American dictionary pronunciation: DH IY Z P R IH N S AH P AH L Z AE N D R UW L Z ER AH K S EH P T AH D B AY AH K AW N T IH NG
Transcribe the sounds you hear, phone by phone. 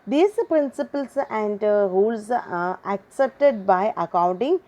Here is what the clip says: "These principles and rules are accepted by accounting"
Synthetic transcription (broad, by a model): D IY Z P R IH N S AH P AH L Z AE N D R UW L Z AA AH K S EH P T AH D B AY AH K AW N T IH NG